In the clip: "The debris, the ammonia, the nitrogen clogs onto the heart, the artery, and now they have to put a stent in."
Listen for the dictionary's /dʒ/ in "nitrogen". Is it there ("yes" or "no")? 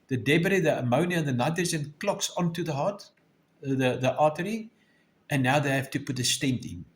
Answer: no